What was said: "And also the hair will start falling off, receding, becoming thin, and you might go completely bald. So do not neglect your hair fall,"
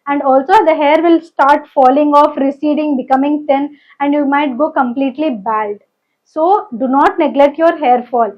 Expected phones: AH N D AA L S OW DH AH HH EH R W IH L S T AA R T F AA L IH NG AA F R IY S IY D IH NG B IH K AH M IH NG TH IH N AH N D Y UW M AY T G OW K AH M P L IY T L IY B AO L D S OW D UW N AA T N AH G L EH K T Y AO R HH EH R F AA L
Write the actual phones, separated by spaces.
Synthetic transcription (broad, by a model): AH N D AA L S OW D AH HH EH R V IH L S T AA R T F AA L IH NG AA F R IY S IY D IH NG B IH K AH M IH NG T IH N AH N D Y UW M AY T G OW K AH M P L IY T L IY B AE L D S OW D UW N AA T N AH G L EH K T Y AO R HH EH R F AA L